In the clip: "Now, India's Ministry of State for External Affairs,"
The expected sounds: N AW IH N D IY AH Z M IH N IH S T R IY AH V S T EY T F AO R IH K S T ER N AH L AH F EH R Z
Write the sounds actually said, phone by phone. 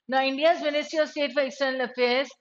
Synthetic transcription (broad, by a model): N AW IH N D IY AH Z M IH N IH S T IY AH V S T EY T F AO R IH K S T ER N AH L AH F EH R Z